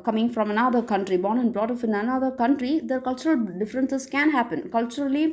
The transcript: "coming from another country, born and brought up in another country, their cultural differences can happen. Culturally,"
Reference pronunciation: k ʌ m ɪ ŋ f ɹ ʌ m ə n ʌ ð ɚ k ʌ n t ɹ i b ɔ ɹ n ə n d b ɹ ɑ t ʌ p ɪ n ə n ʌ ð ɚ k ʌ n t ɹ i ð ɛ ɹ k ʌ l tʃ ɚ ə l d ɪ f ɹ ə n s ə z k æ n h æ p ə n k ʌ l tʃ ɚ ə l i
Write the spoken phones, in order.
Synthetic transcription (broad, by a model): k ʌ m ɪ ŋ f ɹ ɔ m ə n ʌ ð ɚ k ʌ n t ɹ i b ɔ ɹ n ə n d b ɹ ɑ t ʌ f ɪ n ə n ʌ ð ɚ k ʌ n t ɹ i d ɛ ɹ k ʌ l tʃ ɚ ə l d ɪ f ɹ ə n s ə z k æ n h æ p ə n k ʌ l tʃ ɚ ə l i